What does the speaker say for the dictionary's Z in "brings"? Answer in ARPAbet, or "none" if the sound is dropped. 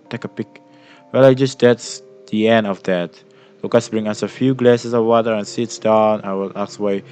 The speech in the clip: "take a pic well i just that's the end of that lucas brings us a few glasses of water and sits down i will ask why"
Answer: none